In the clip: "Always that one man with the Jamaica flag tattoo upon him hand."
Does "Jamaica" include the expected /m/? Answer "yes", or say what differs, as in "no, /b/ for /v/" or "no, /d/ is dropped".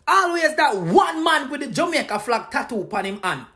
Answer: no, /m/ is dropped